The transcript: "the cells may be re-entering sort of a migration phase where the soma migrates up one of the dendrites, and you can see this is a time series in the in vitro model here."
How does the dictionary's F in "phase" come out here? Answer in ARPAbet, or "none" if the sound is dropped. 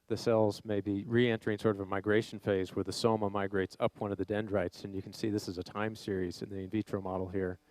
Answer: F